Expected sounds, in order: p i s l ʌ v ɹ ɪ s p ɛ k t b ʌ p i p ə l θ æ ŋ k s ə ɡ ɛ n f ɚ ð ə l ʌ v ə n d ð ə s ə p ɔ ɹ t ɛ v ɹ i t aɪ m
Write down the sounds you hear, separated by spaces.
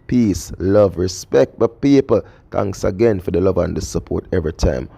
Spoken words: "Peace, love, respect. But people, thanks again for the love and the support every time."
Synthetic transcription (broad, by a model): p i s l ʌ v ɹ ɪ s p ɛ k t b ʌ p i p ə l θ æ ŋ k s ə ɡ ɛ n f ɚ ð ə l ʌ v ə n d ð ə s ə p ɔ ɹ t ɛ v ɹ i t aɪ m